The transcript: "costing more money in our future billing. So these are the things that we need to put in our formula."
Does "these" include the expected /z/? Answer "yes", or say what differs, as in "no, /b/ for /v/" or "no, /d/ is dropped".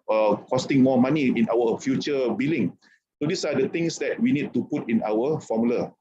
no, /s/ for /z/